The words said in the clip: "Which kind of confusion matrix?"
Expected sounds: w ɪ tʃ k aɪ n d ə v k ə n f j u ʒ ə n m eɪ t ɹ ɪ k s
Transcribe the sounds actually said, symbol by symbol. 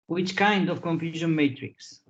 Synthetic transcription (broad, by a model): w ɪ tʃ k aɪ n d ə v k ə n f j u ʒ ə n m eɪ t ɹ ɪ k s